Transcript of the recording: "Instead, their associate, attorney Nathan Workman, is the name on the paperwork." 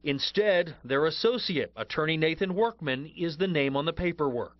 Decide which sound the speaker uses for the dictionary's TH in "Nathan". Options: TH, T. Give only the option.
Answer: TH